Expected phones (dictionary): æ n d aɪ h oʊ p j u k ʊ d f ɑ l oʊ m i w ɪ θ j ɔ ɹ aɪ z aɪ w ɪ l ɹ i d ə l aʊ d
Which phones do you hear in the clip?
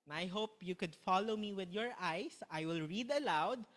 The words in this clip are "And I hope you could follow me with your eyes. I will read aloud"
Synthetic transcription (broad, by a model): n aɪ h oʊ p j u k ʊ d f ɑ l oʊ m i w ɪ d j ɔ ɹ aɪ s aɪ w ɪ l ɹ i d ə l aʊ d